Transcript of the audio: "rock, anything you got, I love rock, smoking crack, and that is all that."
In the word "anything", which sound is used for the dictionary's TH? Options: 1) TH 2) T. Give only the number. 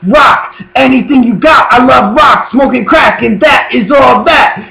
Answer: 1